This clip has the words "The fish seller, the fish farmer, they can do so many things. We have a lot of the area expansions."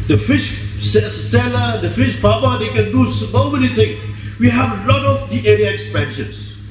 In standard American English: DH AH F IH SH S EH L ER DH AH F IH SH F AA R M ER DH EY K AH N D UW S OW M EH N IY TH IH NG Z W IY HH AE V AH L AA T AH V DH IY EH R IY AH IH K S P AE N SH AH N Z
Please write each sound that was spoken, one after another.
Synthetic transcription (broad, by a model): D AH F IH SH S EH L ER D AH F IH SH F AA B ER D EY K AH N D UW S OW M EH N IY T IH NG W IY HH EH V AH L AA T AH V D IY EH R IY AH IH K S P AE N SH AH N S